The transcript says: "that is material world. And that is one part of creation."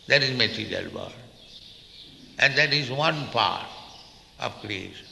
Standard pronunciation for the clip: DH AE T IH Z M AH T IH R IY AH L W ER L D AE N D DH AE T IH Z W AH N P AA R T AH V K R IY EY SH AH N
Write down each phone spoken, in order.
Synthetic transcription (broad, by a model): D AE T IH Z M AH T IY R IY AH L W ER D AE N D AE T IH Z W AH N P AA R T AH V K R IY EY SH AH N